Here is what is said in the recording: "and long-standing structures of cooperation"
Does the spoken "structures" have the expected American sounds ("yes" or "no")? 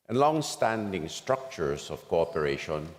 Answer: no